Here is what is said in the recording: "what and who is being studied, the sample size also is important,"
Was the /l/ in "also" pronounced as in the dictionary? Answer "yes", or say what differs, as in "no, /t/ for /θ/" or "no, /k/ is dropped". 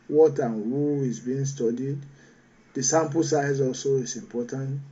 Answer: yes